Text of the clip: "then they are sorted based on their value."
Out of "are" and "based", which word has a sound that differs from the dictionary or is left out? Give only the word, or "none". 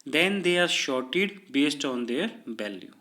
none